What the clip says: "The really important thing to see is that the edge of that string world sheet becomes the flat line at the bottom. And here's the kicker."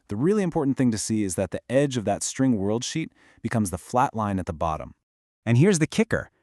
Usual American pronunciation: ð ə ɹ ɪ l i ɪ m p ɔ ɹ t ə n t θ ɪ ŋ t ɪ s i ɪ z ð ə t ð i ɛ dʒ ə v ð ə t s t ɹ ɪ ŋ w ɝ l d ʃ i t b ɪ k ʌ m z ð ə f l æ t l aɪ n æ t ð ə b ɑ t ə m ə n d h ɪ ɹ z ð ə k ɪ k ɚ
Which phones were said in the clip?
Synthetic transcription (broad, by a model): ð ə ɹ ɪ l i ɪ m p ɔ ɹ t n θ ɪ ŋ t ɪ s i ɪ z ð ə t ð i ɛ dʒ ə v ð ə t s t ɹ ɪ ŋ w ɝ l d ʃ i t b ɪ k ʌ m z ð ə f l æ t l aɪ n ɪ t ð ə b ɑ t ə m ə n h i ɹ z ð ə k ɪ k ɚ